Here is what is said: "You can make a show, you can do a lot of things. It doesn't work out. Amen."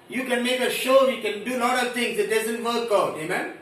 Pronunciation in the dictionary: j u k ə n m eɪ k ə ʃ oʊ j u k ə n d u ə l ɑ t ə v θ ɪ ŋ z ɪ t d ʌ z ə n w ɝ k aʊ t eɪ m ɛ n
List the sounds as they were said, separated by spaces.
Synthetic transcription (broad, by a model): j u k ə n m eɪ k ə ʃ oʊ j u k ə n d u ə l ɑ t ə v t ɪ ŋ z ɪ t d ʌ z ə n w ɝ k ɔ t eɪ m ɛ n